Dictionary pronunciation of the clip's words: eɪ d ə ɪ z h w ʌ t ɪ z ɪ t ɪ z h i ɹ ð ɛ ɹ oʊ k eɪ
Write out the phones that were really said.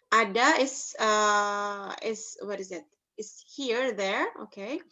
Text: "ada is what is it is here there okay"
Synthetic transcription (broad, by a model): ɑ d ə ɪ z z w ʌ t ɪ z ɪ t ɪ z h i ɹ ð ɛ ɹ oʊ k eɪ